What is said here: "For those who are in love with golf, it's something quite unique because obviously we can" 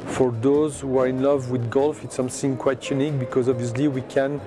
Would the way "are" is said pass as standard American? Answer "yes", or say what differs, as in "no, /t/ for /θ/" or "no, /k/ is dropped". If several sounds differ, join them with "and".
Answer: yes